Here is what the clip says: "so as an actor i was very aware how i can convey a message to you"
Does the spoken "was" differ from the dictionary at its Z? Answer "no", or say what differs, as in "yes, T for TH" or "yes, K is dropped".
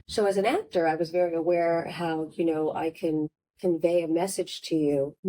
no